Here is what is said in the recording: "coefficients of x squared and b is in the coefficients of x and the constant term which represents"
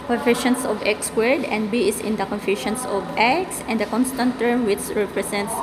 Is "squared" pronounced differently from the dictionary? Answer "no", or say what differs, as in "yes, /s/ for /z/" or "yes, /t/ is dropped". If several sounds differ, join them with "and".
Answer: yes, /k/ is dropped